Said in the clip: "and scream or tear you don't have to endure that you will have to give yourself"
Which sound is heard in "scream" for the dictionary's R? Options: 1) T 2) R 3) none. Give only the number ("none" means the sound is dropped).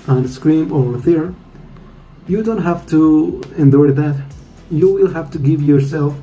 2